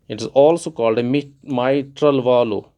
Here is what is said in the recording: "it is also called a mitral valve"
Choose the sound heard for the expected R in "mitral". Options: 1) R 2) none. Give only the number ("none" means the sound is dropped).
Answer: 1